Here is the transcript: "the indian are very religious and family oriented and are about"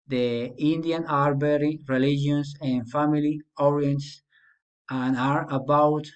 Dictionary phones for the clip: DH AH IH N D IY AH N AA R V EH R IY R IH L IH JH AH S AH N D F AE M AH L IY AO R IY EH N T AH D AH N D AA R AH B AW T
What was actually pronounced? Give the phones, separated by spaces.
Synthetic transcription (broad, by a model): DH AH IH N D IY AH N AA R B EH R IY R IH L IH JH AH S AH N F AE M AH L IY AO R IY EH N T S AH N AA R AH B AW T